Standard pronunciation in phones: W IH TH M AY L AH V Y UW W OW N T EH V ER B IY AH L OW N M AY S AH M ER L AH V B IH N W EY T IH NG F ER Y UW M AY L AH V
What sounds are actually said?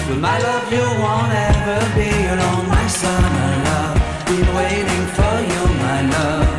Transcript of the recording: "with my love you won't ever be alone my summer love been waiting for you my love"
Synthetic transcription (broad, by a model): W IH M AY L AH V Y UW W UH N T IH ER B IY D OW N M AY S AH M ER L AH V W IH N W EY T IH NG F ER Y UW M AY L AH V